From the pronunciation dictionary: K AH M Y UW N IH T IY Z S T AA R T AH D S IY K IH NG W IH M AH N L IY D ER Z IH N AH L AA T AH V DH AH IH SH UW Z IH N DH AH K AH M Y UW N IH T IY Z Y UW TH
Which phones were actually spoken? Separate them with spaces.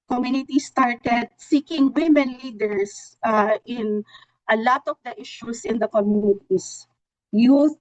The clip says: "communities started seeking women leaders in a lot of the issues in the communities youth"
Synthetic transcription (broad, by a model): K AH M Y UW N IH T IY S T AA R T AH D S IY K IH NG W IH M AH N L IY D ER S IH N AH L AA T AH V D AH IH SH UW S IH N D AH K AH M Y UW N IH T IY S Y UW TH